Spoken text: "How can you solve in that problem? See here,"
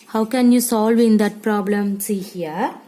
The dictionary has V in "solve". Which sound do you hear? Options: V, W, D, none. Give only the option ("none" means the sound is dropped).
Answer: V